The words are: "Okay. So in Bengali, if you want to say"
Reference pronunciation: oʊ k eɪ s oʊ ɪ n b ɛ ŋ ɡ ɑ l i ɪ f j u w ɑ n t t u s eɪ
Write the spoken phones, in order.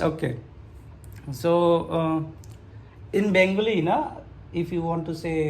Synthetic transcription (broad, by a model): oʊ k eɪ s oʊ ɪ n b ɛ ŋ ɡ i n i ɪ f j u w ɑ n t t u s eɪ